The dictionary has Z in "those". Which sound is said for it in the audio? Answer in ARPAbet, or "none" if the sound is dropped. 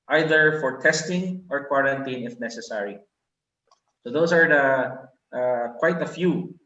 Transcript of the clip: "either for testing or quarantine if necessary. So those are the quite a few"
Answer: S